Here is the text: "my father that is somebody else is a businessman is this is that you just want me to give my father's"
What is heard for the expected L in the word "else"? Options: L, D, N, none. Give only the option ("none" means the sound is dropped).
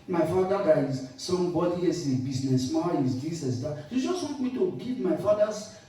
none